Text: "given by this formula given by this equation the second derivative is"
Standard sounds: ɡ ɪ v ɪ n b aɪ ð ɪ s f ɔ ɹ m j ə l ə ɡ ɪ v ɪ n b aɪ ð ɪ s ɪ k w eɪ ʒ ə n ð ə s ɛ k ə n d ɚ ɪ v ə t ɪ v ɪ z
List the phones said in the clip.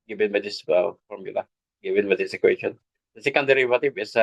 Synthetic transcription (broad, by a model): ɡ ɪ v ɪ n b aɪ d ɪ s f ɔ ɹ m j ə l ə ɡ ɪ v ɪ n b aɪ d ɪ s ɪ k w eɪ ʃ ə n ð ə s ɛ k ə n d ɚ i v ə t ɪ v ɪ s